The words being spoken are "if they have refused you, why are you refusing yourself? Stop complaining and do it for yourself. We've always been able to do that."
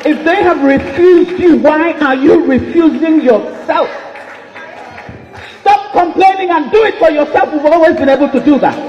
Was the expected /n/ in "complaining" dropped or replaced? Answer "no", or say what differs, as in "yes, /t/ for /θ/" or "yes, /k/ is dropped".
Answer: no